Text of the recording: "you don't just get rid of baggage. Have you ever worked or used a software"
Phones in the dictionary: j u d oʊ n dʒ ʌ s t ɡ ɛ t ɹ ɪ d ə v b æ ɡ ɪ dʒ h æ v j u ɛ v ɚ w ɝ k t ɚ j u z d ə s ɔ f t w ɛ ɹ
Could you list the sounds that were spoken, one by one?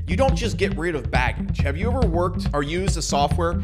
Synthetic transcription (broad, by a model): j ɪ d oʊ n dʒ ʌ s ɡ ɛ t ɹ ɪ d ə v b æ ɡ ɪ dʒ h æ v j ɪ ɛ v ɚ w ɝ k t ɚ j u z d ə s ɔ f t w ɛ ɹ